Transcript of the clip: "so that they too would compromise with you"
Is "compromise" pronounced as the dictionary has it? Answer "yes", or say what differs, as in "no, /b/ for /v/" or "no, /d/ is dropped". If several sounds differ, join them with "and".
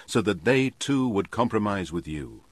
yes